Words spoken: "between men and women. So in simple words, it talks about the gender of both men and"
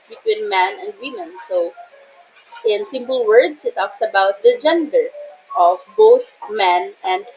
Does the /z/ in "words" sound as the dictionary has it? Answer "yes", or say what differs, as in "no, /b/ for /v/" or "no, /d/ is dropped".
no, /s/ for /z/